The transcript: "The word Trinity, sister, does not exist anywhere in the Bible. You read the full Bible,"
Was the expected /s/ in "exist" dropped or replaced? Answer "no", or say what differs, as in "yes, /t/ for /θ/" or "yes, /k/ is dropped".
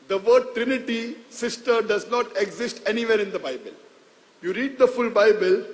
no